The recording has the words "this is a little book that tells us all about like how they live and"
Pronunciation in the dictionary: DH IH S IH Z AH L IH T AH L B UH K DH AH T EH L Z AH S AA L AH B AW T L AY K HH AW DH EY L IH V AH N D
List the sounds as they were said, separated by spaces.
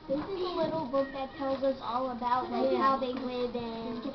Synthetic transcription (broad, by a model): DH IH S IH Z AH L IH T L B UH K DH AH T EH L Z AH S AA L AH B AW T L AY HH AW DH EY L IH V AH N